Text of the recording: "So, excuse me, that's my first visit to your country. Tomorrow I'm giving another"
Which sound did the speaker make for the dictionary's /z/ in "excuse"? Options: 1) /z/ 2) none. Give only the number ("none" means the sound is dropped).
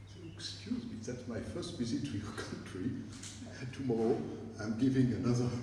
1